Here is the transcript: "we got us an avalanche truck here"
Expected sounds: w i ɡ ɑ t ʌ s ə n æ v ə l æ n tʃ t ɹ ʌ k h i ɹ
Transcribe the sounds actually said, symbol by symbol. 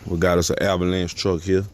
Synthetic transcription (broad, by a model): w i ɡ ɑ t ʌ s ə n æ b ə l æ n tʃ t ɹ ʌ k h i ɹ